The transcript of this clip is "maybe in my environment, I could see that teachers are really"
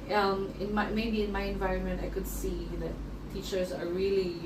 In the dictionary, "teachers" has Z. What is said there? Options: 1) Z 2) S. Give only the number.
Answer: 1